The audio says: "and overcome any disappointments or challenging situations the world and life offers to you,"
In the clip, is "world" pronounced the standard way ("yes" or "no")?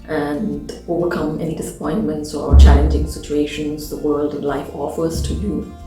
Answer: yes